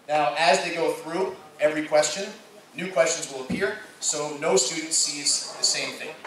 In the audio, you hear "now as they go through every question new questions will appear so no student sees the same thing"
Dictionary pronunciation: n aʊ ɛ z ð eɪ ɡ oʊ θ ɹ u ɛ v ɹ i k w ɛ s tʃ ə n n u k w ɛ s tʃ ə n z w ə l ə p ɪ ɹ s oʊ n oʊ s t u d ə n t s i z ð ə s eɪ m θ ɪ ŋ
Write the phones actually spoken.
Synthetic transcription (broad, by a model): n aʊ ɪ z ð eɪ ɡ oʊ θ ɹ u ɛ v ɹ i k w ɛ s tʃ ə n n u k w ɛ s tʃ ə n z w ə l ə p ɪ ɹ s oʊ n oʊ s t u d n t s i z ð ə s eɪ m θ ɪ ŋ